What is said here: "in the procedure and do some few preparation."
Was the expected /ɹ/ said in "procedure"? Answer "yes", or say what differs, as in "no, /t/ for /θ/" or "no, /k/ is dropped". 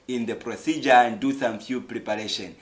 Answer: yes